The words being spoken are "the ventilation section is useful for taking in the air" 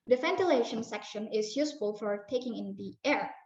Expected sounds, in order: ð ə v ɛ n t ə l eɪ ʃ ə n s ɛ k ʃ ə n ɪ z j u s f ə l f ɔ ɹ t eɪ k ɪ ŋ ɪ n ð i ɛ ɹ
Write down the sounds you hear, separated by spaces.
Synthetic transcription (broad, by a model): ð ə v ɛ n t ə l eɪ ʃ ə n s ɛ k ʃ ə n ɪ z j u s f ə l f ɔ ɹ t eɪ k ɪ ŋ ɪ n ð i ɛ ɹ